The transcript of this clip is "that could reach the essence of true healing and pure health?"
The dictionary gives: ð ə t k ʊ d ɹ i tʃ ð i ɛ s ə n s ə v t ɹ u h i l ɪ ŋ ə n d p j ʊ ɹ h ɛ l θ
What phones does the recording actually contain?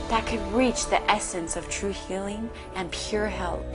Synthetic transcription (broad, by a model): ð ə t k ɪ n ɹ i tʃ ð i ɛ s ə n s ə v t ɹ u h i l ɪ ŋ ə n p j ʊ ɹ h ɛ l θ